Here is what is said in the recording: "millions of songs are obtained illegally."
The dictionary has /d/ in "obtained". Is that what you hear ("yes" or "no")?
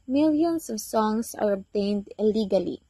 yes